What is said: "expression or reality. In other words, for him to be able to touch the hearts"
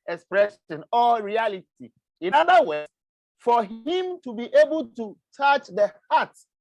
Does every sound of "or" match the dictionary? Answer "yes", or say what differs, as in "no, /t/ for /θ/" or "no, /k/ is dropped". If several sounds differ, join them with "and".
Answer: no, /l/ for /ɹ/